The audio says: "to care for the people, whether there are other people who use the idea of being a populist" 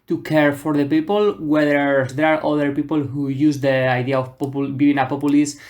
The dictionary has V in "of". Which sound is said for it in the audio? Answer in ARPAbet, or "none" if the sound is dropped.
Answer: P